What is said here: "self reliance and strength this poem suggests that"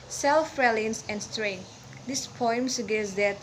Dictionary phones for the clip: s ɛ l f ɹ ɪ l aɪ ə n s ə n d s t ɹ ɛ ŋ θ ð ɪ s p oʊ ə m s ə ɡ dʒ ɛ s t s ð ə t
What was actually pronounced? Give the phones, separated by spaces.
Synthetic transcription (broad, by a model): s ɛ l f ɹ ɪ l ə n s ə n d s t ɹ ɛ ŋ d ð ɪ s p oʊ ə m s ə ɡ ɛ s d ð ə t